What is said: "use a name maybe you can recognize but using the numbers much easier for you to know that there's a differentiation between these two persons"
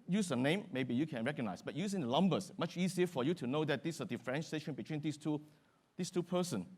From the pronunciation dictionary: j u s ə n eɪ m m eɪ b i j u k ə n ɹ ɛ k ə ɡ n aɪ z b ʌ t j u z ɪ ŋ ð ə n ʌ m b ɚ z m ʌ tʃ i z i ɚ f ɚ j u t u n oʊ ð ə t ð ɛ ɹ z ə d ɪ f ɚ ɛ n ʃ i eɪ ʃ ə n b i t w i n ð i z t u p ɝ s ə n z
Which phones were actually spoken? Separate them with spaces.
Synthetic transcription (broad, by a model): j u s ə n eɪ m m eɪ b i j u k ə n ɹ ɛ k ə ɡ n aɪ s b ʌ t j u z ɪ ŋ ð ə l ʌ m b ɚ s m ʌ tʃ i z i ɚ f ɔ j u t u n oʊ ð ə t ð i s ə d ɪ f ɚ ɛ n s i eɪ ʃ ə n b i t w i n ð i s t u p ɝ s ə n